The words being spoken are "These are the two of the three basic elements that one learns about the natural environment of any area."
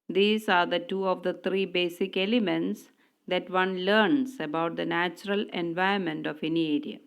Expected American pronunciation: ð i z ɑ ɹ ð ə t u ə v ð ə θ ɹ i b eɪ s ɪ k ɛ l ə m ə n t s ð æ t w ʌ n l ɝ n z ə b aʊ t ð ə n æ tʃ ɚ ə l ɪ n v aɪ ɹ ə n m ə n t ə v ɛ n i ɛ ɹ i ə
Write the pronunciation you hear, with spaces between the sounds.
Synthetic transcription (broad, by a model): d i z ɑ ɹ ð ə t u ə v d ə t ɹ i b eɪ s ɪ k ɛ l ə m ə n t s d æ t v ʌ n l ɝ n s ə b aʊ t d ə n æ tʃ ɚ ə l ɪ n v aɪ ə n m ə n t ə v ɛ n i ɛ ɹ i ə